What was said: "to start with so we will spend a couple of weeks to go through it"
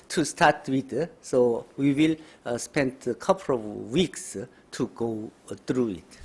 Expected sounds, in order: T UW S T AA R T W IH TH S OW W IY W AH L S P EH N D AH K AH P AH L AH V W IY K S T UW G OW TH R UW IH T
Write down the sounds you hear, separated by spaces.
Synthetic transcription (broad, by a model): T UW S T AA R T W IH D S OW W IY W AH L S P EH N D AH K AH P AH L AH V W IY K S T UW G OW T R UW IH T